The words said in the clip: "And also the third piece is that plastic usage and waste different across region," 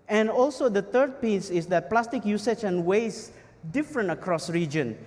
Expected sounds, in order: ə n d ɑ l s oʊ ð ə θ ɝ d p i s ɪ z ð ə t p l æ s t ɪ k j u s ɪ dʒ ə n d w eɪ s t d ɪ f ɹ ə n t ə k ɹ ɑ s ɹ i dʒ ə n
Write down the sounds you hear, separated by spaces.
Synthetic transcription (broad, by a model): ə n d ɑ l s oʊ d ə t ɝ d p i s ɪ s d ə t p l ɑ s t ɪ k j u s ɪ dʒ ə n w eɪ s d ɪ f ɹ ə n t ə k ɹ ɑ s ɹ i dʒ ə n